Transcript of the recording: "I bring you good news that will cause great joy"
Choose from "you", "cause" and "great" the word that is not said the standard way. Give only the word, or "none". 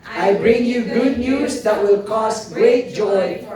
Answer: cause